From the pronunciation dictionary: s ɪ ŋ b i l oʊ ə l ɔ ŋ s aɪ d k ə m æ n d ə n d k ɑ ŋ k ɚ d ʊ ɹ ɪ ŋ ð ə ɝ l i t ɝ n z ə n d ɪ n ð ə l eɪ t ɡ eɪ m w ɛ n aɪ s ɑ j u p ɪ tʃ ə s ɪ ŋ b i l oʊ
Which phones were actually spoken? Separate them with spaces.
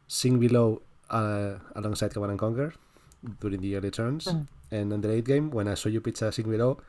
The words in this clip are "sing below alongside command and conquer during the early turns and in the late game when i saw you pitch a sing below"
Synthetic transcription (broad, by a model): s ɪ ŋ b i l oʊ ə l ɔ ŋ s aɪ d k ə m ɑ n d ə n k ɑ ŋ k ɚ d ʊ ɹ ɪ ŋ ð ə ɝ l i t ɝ n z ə n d ɪ n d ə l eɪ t ɡ eɪ m w ɛ n aɪ s ɑ j u p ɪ s ə s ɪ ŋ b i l oʊ